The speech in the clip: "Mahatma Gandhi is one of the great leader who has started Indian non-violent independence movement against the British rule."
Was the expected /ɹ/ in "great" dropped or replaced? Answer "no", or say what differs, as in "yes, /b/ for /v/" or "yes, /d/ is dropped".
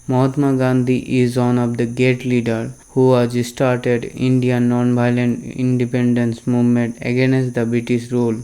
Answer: yes, /ɹ/ is dropped